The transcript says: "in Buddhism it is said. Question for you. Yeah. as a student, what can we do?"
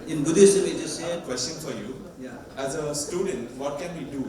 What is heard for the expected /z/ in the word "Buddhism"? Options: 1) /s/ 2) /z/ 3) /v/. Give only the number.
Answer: 1